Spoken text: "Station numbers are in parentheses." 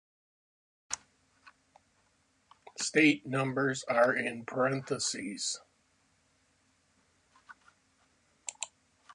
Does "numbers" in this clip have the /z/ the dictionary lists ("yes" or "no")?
yes